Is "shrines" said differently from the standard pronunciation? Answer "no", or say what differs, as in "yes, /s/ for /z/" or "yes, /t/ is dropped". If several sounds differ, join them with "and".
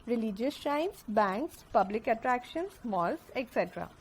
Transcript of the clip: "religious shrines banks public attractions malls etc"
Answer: yes, /ɹ/ is dropped and /s/ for /z/